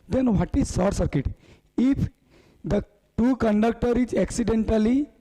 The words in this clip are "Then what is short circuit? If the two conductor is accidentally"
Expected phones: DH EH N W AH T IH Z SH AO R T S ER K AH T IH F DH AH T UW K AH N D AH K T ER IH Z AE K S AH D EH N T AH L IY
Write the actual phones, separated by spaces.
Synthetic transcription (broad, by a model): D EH N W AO T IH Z S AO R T S ER K AH T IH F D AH T UW K AH N D AH K T ER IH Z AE K S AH D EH N T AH L IY